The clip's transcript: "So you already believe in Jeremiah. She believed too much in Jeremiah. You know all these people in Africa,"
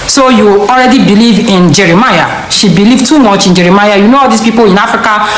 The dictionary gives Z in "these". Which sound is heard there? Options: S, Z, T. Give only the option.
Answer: S